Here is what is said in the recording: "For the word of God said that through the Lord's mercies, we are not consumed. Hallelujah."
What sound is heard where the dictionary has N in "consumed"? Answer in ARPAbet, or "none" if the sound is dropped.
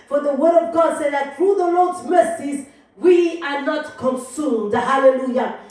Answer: N